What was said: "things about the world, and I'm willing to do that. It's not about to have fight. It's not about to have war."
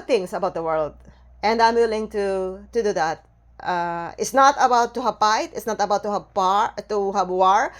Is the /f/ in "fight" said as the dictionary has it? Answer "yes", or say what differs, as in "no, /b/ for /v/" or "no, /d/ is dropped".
no, /p/ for /f/